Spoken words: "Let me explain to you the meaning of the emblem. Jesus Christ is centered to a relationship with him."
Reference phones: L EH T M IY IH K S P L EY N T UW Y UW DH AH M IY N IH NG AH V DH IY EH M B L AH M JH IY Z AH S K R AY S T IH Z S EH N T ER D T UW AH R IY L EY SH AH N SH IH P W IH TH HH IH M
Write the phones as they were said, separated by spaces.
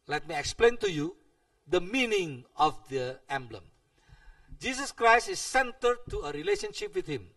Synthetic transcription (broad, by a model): L EH T M IY IH K S P L EY N T UW Y UW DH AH M IY N IH NG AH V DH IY EH M B L AH M JH IY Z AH S K R AY S T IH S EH N T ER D T UW AH R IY L EY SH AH N SH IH P W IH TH HH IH M